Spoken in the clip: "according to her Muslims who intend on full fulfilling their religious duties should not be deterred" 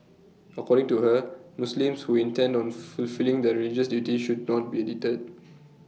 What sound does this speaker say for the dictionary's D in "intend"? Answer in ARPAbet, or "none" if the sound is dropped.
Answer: D